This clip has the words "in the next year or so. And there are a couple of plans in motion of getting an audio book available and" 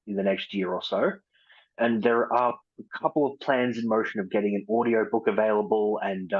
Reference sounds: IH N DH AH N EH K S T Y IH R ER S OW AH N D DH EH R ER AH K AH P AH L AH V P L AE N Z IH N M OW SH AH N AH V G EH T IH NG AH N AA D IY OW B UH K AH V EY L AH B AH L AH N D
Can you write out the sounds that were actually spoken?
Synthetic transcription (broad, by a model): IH N DH AH N EH K S T Y IH R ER S OW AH N DH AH R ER AH K AH P L AH V P L AE N Z IH N M OW SH AH N AH V G EH T IH NG AH N AA D IY OW B UH K AH V EY L AH B AH L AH N